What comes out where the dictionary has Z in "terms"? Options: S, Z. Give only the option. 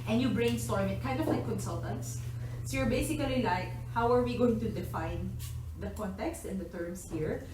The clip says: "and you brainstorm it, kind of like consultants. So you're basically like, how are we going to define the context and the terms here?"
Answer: S